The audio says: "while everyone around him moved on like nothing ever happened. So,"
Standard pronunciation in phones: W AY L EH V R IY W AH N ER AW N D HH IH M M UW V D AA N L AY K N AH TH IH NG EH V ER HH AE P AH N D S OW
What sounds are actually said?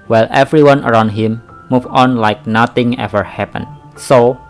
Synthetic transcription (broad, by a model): W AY L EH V R IY W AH N ER AW N D HH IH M M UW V AA N L AY K N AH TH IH NG EH V ER HH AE P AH N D S OW